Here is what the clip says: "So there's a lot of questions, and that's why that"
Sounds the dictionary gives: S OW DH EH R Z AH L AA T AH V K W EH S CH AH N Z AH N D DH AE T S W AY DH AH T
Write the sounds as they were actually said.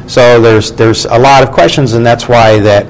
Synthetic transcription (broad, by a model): S OW DH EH R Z AH L AA T AH V K W EH S CH AH N Z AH N DH AE T S W AY DH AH T